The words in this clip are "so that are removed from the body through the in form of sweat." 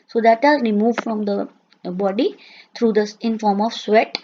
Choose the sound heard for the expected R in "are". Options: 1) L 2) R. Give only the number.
1